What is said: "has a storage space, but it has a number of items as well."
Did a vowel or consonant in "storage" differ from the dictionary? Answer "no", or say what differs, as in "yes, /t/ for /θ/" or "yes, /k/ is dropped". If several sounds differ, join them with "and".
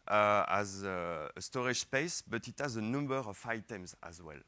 yes, /ʃ/ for /dʒ/